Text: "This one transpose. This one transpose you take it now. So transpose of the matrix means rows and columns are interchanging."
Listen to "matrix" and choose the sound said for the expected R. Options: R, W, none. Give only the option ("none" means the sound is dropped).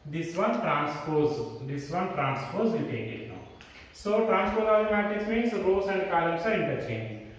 none